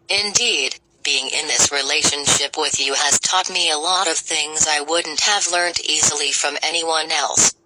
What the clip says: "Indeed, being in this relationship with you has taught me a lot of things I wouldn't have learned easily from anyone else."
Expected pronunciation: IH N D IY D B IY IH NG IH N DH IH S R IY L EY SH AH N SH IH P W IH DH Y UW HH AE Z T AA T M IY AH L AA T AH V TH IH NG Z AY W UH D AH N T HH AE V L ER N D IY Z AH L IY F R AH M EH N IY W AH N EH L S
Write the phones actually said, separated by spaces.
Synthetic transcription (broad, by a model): IH N D IY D B IY IH NG IH N DH IH S R IY L EY SH AH N SH IH P W IH DH Y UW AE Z T AA T M IY AH L AA T AH V TH IH NG Z AY W UH D N T HH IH V L ER N D IY Z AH L IY F R AH M EH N IY W AH N EH L S